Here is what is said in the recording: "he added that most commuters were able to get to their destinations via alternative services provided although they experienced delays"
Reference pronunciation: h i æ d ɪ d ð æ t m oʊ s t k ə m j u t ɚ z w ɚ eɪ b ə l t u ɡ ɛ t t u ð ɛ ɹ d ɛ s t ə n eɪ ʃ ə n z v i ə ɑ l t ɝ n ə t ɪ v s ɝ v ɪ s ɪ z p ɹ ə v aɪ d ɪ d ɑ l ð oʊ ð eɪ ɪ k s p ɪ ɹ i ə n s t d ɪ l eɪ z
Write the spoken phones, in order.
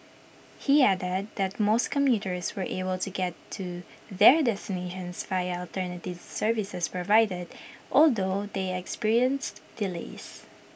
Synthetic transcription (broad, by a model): h i æ d ɪ d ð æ t m oʊ s t k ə m j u t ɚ s w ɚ eɪ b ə l t u ɡ ɛ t t u ð ɛ ɹ d ɛ s t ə n eɪ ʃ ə n s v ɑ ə ɑ l t ɝ n ə t ɪ v s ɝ v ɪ s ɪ s p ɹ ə v aɪ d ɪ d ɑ l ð oʊ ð eɪ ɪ k s p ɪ ɹ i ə n s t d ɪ l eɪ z